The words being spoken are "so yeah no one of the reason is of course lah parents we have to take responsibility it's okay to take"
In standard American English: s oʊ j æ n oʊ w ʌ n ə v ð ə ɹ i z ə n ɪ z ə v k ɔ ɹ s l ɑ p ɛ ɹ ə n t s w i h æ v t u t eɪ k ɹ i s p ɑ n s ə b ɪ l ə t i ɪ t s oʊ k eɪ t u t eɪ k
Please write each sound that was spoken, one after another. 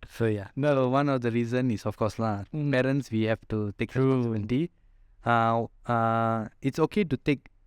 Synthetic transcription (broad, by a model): s oʊ j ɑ n oʊ w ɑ n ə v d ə ɹ i z ə n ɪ s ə f k ɔ s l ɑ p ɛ ɹ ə n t s w i h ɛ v t u t eɪ k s ɛ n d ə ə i ɪ t s oʊ k eɪ t u t eɪ k